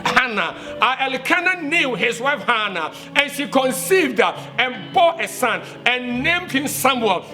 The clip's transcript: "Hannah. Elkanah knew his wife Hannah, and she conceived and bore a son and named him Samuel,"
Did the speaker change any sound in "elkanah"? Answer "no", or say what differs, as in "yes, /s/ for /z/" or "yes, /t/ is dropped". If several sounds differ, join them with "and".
no